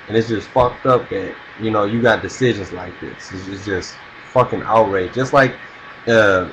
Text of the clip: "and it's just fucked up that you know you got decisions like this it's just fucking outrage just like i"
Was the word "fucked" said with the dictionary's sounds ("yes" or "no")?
yes